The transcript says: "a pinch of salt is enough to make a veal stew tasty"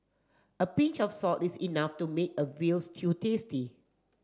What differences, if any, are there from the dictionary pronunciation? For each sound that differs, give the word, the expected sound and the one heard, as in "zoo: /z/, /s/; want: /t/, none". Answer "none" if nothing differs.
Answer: of: /v/, /f/; salt: /l/, none; is: /z/, /s/